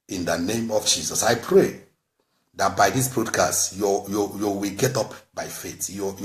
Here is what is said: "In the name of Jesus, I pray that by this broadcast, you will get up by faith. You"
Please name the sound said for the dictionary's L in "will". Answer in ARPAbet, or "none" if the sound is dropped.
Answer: W